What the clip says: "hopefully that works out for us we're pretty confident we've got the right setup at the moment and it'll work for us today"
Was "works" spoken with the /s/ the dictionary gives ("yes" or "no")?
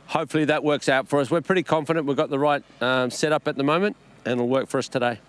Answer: yes